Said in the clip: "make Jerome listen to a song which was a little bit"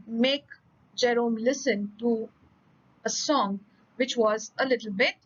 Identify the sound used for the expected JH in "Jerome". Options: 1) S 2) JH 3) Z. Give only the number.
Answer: 2